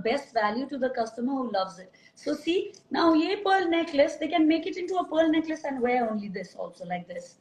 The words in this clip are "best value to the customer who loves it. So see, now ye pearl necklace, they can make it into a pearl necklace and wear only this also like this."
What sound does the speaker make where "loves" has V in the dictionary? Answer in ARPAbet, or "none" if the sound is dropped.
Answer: V